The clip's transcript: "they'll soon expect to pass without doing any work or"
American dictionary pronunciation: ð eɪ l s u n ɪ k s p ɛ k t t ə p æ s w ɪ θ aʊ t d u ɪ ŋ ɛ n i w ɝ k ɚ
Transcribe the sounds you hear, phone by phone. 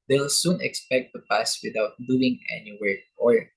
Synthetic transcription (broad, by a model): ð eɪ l s u n ɪ k s p ɛ k t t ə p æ s w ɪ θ aʊ t d u ɪ ŋ ɛ n i w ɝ ɔ